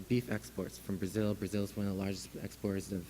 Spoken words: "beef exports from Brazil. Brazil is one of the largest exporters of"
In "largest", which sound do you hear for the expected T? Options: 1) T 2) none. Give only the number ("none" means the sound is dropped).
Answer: 2